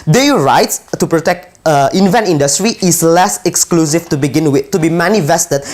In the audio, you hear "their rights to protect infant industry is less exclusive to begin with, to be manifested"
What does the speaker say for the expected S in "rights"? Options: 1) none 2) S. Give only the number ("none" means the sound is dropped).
2